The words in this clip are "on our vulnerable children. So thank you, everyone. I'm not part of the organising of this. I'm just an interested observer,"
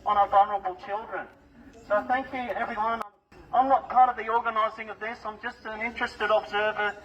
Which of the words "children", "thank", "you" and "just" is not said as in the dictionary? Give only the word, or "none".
none